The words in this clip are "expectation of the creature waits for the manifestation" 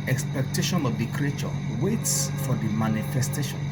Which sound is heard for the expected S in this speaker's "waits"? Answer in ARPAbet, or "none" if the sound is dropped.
S